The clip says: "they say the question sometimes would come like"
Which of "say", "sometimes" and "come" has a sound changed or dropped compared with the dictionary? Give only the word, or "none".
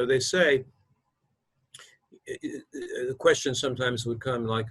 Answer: none